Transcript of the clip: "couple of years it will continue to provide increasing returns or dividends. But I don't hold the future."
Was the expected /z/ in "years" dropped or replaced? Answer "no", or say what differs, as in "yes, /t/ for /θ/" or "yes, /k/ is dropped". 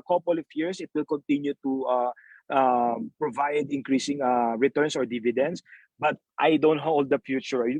yes, /s/ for /z/